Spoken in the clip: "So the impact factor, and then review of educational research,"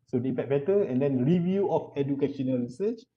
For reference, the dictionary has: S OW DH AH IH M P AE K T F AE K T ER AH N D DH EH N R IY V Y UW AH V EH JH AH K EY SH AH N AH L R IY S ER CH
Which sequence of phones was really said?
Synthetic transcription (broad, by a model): S OW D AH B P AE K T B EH T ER AH N D EH N R IY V Y UW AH F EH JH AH K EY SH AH N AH L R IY S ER CH